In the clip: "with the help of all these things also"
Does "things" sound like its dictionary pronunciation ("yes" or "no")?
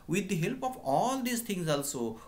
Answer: no